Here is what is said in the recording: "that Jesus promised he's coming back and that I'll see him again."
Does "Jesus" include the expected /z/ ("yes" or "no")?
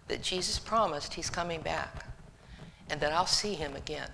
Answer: yes